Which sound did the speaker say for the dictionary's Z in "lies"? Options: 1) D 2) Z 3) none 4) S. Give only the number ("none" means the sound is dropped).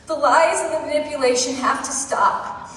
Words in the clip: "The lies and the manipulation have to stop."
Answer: 2